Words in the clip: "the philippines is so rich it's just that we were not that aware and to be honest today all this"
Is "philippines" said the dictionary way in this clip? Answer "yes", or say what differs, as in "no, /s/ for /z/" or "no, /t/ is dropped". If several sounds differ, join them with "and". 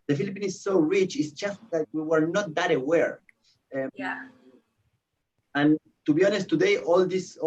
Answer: no, /z/ is dropped